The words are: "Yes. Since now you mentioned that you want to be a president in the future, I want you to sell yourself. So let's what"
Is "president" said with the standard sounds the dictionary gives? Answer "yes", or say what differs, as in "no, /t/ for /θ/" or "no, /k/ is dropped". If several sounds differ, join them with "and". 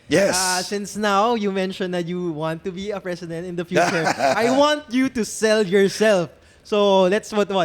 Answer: no, /s/ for /z/